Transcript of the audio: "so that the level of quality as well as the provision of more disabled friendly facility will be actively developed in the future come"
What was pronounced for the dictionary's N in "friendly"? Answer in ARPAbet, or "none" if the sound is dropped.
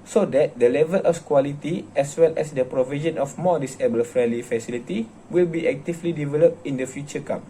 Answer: none